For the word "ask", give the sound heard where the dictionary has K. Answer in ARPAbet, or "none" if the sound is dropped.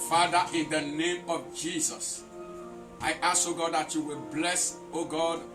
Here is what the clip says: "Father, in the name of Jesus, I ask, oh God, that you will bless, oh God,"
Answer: none